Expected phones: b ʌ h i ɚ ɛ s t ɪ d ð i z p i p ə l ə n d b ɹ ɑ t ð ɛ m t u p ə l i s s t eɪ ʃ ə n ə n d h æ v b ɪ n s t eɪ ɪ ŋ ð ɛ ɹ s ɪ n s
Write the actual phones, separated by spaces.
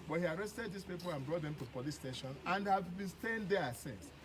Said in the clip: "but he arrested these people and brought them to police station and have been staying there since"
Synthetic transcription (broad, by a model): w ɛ h i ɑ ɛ s t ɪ d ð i s p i p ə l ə n b ɹ ɑ t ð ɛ m t u p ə l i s s t eɪ ʃ ə n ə n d h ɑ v b ɪ n s t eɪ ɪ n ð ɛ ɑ s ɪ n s